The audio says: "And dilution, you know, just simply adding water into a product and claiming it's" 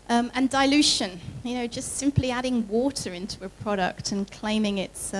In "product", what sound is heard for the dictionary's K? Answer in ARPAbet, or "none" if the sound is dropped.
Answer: K